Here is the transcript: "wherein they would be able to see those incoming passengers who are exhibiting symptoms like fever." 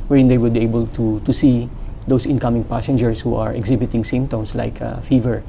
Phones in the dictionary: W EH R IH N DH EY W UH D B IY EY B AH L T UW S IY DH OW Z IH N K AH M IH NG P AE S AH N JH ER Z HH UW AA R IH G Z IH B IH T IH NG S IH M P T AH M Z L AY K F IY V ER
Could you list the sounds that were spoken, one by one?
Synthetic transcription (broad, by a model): W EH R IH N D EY W UH D B IY EY B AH L T UW S IY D OW S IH N K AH M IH NG P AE S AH N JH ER S HH UW AA R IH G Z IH B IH T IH NG S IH M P T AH M S L AY K F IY V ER